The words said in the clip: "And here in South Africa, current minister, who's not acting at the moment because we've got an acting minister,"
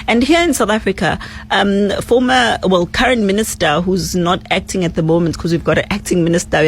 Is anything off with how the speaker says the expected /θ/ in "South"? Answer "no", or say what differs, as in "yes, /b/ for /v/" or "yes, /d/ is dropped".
no